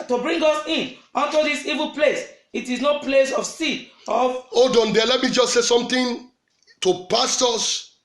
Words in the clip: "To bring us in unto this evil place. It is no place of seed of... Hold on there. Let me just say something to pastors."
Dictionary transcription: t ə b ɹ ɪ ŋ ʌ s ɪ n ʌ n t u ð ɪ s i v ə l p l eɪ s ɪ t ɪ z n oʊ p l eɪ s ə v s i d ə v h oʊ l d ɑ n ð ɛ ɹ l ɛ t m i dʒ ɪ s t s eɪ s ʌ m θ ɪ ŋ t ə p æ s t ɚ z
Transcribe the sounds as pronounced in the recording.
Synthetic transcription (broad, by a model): t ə b ɹ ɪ ŋ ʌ s ɪ n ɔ n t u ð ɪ s i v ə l p l eɪ s ɪ t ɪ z n oʊ p l eɪ s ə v s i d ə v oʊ d ɑ n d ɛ l ɛ t m i dʒ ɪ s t s eɪ s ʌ m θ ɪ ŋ t ə p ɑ s t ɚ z